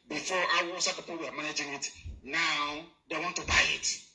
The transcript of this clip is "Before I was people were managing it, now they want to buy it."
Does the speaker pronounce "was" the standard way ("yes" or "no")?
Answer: no